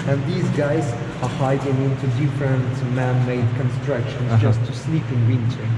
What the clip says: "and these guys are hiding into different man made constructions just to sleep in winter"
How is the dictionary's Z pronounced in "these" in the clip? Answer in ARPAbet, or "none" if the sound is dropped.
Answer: Z